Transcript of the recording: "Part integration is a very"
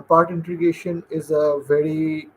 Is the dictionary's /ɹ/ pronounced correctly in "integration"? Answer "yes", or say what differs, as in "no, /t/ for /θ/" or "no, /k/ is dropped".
no, /ɹ/ is dropped